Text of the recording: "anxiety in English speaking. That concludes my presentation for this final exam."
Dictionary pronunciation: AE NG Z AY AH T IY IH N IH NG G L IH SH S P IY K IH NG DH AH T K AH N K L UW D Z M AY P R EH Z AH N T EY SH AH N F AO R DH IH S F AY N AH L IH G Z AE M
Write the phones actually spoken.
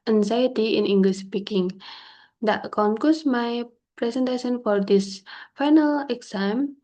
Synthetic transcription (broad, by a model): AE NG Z AY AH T IY IH N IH NG G L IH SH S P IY K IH NG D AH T K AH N K UW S M AY P R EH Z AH N T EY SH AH N F AO R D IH S F AY N AH L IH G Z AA M